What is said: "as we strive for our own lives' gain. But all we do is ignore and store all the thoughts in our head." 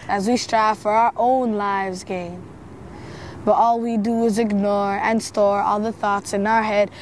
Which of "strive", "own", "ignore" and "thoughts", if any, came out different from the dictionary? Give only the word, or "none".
none